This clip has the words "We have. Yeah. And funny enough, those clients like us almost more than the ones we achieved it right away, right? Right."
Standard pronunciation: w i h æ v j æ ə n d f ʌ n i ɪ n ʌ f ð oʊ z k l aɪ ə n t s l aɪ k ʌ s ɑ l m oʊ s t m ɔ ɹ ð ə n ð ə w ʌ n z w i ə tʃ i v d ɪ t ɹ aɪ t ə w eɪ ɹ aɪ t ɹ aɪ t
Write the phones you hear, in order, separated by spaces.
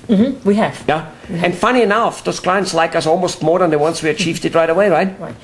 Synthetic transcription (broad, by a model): w i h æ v j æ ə n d f ʌ n i ɪ n ʌ f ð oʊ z k l aɪ ə n t s l aɪ k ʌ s ɑ l m oʊ s t m ɔ ɹ ð ə n ð ə w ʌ n s w i ə tʃ i v d ɪ t ɹ aɪ t ə w eɪ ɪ ɹ aɪ t